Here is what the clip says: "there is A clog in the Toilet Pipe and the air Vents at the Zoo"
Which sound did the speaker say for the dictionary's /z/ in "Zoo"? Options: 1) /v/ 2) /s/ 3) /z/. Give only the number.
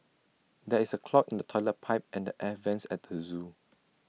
3